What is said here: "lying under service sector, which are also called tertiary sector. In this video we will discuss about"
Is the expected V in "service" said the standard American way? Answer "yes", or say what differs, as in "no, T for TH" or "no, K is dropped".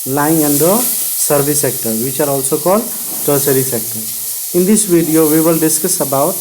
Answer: no, B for V